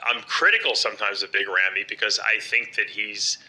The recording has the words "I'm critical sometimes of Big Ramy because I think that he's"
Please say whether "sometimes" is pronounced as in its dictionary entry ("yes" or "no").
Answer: yes